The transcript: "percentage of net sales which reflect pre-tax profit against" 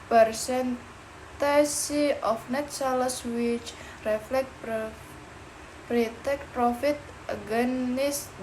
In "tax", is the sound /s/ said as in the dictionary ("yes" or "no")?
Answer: no